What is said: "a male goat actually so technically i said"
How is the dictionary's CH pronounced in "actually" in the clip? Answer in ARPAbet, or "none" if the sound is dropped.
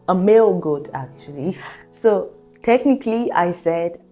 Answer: CH